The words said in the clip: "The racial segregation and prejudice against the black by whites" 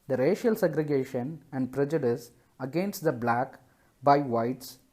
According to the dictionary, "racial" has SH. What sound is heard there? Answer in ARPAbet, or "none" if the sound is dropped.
SH